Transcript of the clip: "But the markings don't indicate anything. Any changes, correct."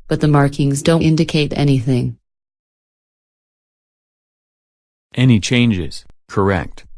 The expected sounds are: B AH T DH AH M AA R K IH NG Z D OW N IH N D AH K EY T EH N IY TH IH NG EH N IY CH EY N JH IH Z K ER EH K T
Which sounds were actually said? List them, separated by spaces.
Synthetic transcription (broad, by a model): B AH T DH AH M AA R K IH NG Z D OW N IH N D AH K EY T EH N IY TH IH NG EH N IY CH EY N JH IH Z K ER EH K T